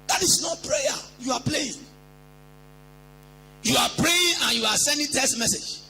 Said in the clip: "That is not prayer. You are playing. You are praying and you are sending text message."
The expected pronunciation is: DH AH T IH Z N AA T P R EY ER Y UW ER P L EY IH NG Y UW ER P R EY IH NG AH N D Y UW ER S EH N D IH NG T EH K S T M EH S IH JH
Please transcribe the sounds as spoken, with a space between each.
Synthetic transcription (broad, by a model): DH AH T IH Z N AA T P R EY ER Y UW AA P L EY IH NG Y UW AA P R EY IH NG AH N Y UW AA S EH N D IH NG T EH S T M EH S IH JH